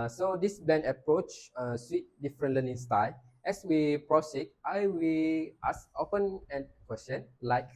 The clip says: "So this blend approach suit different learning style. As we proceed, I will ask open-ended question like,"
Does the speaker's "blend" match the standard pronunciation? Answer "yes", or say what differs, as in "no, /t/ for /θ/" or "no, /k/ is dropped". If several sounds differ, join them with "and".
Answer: no, /l/ is dropped